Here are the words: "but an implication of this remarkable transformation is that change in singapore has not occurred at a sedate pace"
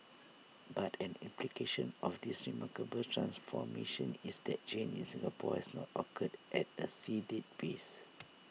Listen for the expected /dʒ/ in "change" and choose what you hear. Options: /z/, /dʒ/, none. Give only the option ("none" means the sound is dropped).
none